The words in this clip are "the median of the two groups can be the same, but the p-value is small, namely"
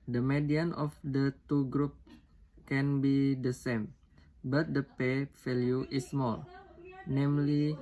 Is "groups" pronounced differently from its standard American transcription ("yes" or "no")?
yes